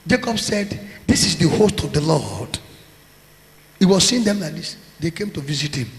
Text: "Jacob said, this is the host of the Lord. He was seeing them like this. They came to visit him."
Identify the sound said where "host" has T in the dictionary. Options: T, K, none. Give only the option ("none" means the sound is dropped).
T